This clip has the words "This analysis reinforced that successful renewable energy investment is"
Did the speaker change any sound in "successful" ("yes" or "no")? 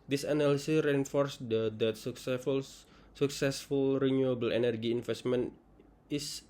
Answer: no